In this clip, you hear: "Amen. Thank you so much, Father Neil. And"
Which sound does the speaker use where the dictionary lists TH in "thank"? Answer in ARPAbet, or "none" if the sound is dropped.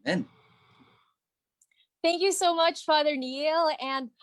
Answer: TH